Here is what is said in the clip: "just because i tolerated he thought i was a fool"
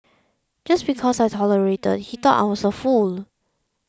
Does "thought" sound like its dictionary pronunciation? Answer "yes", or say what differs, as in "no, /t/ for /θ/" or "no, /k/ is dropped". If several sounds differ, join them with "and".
no, /t/ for /θ/